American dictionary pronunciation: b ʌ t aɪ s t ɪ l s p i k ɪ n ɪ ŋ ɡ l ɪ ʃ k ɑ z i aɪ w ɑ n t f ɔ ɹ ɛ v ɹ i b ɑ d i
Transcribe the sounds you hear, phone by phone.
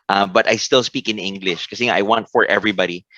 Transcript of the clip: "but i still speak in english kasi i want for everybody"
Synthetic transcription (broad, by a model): b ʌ t aɪ s t ɪ l s p i k ɪ n ɪ ŋ ɡ l ɪ ʃ k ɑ s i aɪ w ɑ n t f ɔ ɹ ɛ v ɹ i b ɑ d i